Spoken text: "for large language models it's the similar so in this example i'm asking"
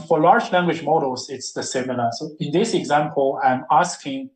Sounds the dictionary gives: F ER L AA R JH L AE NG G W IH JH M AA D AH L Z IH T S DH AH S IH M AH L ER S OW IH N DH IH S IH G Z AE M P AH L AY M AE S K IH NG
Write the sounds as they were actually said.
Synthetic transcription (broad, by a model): F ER L AA R JH L AE NG G W IH JH M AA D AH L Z IH T S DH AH S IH M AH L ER S OW IH N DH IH S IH G Z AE M P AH L AY M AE S K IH NG